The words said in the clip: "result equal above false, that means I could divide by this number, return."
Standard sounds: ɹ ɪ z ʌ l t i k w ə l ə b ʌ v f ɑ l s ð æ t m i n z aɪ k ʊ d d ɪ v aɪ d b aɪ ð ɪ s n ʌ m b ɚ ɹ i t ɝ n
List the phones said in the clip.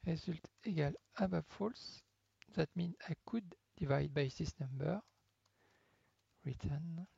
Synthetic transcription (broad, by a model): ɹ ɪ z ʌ l t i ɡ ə l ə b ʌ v f ɑ l s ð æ t m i n aɪ k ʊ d d ɪ v aɪ d b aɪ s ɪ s n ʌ m b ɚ ɹ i t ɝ n